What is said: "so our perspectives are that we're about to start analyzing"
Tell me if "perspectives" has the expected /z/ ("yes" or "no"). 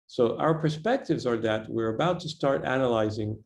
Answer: yes